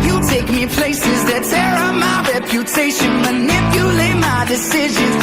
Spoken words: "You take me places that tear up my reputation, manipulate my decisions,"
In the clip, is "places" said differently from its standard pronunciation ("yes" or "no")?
no